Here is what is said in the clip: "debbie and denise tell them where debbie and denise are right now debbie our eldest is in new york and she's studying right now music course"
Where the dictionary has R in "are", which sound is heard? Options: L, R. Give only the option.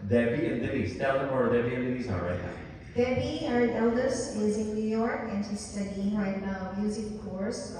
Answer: L